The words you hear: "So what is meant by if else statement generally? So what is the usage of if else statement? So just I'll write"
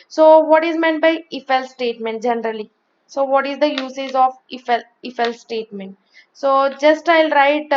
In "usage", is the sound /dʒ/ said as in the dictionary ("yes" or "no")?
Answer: no